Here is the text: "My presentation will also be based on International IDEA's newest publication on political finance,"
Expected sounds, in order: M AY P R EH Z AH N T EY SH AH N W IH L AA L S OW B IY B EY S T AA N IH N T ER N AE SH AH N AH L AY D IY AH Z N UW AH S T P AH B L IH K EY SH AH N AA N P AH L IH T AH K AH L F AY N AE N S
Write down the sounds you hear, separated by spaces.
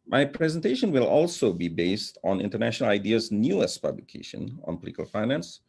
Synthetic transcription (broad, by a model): M AY P R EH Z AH N T EY SH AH N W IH L AA L S OW B IY B EY S T AA N IH N T ER N AE SH AH N AH L AY D IY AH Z N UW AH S P AH B L IH K EY SH AH N AA N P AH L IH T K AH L F AY N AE N S